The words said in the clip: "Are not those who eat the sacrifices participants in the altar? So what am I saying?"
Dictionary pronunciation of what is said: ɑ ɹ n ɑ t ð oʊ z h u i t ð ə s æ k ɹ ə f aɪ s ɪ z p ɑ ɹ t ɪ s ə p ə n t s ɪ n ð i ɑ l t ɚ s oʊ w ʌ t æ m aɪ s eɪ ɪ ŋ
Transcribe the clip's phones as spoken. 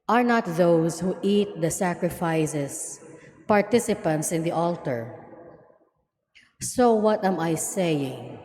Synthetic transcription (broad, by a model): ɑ ɹ n ɑ t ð oʊ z h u i t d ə s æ k ɹ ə f aɪ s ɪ s p ɑ ɹ t ɪ s ə p ə n t s ɪ n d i ɑ l t ɚ s oʊ w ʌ t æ m aɪ s eɪ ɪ ŋ